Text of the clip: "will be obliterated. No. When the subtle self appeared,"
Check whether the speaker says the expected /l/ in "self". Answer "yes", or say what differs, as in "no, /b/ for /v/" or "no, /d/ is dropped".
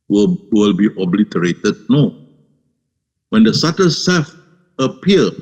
no, /l/ is dropped